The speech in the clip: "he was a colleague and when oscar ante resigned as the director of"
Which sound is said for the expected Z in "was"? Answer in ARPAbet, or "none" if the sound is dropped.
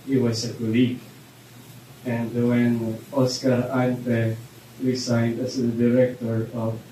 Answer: S